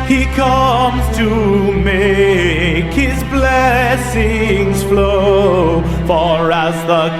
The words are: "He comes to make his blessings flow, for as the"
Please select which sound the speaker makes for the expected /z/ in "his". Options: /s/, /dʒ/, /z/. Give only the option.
/z/